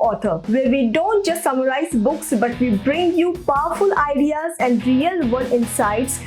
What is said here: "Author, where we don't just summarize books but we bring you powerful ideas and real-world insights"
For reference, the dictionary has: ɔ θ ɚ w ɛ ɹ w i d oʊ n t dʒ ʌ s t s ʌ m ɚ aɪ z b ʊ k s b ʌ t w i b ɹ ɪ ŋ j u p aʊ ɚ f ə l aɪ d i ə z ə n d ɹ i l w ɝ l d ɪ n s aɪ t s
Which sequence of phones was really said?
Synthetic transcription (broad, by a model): ɔ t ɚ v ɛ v i d oʊ n t dʒ ʌ s t s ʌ m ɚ aɪ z b ʊ k s b ʌ t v i b ɹ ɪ ŋ j u p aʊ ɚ f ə l aɪ d i ə z ə n d ɹ i l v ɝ d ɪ n s aɪ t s